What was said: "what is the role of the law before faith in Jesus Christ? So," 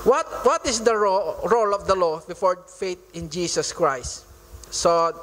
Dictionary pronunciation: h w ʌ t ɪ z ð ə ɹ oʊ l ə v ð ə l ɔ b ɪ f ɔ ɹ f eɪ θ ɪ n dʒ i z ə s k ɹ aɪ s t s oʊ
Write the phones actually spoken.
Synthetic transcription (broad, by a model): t w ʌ t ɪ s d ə ɹ oʊ l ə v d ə l ɔ b ɪ f ɔ ɹ f eɪ t ɪ n dʒ i s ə s k ɹ aɪ s t s oʊ